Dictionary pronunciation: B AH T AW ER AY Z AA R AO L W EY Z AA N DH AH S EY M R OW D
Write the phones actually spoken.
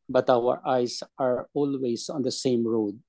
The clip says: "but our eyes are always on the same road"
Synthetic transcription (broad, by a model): B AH T AW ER AY S AA R AO L W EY S AA N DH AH S EY M R OW D